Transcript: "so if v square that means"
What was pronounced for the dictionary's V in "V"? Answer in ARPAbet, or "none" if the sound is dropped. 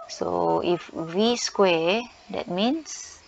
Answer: W